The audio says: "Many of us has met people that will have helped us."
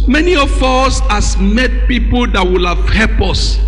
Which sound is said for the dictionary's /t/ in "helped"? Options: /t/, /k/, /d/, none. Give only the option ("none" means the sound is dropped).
none